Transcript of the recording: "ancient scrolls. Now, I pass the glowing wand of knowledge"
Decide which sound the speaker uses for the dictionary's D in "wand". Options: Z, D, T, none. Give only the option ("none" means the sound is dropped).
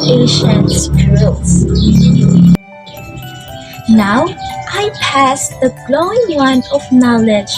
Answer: none